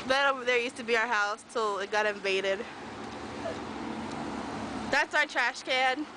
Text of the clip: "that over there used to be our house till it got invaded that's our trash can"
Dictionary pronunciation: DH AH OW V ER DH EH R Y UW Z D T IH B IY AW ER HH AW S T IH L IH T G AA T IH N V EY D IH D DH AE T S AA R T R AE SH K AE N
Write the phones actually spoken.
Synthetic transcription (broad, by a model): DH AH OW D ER DH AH R Y UW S T IH B IY AW ER HH AW S T IH L IH T G AA T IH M V EY D IH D DH AE T S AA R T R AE SH K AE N